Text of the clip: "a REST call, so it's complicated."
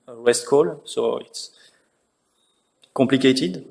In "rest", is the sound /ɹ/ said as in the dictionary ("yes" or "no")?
no